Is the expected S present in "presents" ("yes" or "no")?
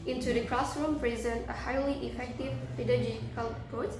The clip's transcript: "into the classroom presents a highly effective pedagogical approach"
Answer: no